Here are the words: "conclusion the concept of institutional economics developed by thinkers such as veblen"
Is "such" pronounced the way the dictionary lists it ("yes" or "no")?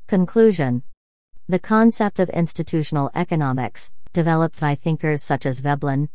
yes